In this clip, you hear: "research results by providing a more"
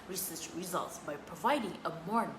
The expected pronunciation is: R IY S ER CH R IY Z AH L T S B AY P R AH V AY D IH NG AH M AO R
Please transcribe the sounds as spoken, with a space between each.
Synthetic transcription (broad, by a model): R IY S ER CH R IY Z AH L T S B AY P R AH V AY D IH NG AH M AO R